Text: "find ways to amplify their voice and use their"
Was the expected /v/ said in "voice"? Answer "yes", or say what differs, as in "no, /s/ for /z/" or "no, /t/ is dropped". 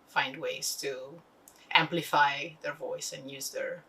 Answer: yes